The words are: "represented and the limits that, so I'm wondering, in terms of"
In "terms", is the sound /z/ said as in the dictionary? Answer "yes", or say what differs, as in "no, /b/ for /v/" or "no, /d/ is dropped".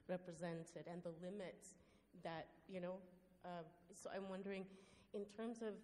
yes